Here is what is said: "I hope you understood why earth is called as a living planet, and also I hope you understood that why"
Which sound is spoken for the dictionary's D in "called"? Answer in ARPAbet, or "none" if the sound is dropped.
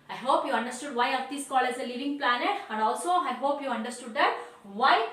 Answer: none